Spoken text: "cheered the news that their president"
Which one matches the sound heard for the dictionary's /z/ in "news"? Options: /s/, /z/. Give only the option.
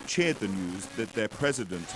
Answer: /z/